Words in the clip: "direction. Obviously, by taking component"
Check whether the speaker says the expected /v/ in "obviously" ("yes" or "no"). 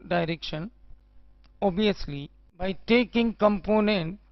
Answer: no